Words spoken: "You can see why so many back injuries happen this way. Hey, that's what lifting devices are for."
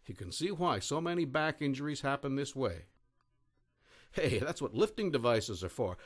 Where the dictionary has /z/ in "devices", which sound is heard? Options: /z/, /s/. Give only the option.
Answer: /z/